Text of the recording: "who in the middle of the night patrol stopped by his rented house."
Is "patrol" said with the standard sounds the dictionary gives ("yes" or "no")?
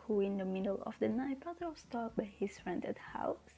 no